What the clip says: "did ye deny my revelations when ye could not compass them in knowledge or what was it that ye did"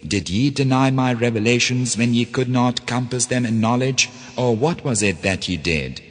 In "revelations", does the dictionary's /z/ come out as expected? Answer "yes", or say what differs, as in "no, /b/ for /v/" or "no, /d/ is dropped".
yes